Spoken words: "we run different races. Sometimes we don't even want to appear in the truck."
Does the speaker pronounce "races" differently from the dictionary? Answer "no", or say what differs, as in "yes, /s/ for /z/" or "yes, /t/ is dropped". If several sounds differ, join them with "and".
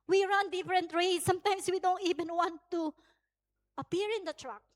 yes, /s/ is dropped